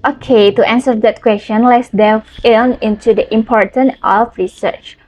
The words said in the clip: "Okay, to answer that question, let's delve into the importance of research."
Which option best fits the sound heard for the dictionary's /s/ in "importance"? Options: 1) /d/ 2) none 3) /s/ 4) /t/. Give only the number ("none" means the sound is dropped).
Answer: 2